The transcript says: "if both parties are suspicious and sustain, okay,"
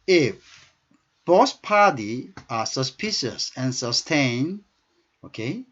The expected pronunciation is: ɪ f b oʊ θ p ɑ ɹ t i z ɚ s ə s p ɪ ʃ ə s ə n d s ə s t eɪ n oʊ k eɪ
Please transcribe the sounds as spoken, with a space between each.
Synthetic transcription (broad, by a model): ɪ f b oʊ s p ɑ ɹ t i ɚ s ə s p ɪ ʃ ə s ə n s ə s t eɪ n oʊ k eɪ